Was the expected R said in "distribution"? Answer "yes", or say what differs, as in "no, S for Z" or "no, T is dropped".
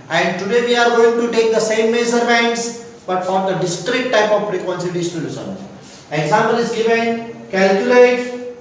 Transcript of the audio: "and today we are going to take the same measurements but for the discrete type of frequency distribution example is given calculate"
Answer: no, R is dropped